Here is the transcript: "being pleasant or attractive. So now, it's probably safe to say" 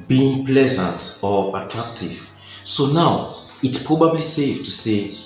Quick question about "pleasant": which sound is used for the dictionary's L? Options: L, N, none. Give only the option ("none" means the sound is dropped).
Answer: L